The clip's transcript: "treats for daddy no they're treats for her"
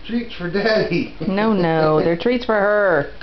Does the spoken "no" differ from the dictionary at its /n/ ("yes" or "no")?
no